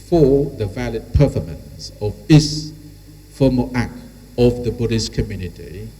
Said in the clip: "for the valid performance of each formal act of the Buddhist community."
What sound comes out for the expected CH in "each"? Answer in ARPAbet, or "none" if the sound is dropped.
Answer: S